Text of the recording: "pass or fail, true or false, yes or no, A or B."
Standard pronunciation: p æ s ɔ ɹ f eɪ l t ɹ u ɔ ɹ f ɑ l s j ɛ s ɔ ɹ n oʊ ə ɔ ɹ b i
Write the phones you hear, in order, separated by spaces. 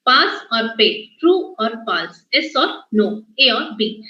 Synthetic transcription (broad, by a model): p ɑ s ɔ ɹ p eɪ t t ɹ u ɔ ɹ p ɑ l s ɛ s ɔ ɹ n oʊ ə ɔ ɹ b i